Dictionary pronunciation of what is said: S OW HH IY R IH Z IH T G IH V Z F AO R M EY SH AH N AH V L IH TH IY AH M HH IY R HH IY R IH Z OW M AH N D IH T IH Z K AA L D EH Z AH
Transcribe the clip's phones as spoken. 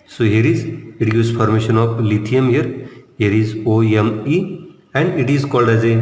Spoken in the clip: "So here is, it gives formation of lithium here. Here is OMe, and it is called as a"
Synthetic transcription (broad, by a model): S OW HH IY R IH Z IH T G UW Z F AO R M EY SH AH N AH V L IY T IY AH M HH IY R HH IY R IH Z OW M AH N D IH T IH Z K AA L D EH Z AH